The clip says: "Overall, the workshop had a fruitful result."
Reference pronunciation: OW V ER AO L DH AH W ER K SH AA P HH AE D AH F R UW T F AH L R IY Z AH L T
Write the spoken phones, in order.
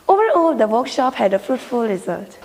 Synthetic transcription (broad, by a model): OW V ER AO L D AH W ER K SH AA P HH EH D AH F R UW T F AH L R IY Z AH L T